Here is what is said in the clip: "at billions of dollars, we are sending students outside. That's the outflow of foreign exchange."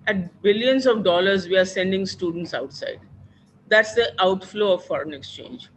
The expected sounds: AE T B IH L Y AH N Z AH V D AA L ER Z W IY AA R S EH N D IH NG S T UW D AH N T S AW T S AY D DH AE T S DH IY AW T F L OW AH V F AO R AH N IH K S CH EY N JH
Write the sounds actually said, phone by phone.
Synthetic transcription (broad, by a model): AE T B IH L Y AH N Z AH V D AA L ER Z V IY AA R S EH N D IH NG S T UW D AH N T S AW T S AY D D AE T S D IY AW T F L OW AH V F AO R AH N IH K S CH EY N JH